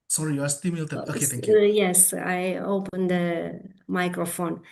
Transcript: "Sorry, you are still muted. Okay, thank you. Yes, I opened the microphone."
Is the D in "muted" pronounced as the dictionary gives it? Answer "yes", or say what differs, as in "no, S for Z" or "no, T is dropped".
no, D is dropped